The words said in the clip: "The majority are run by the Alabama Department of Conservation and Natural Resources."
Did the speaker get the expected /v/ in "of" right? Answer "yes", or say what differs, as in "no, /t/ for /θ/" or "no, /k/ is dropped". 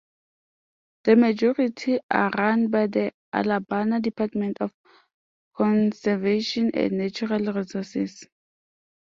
no, /f/ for /v/